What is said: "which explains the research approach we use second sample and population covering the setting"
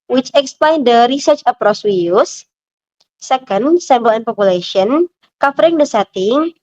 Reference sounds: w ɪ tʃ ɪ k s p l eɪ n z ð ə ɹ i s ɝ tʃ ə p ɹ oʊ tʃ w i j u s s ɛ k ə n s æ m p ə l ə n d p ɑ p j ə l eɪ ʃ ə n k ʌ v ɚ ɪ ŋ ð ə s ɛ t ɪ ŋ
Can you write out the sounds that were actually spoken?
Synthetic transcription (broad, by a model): w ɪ tʃ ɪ k s p l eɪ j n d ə ɹ i s ɝ tʃ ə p ɹ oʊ s w i j u s s ɛ k ə n s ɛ m b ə l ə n p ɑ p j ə l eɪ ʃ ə n k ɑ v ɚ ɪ ŋ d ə s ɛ t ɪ ŋ